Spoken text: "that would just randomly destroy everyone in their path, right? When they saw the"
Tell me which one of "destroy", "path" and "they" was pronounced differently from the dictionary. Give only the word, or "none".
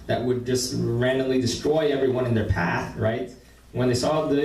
none